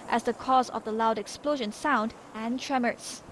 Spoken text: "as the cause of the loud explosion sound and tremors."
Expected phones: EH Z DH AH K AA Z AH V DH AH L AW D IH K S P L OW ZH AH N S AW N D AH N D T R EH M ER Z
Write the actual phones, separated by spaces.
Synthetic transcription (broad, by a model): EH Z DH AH K AA Z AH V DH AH L AW D IH K S P L OW ZH AH N S AW N D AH N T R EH M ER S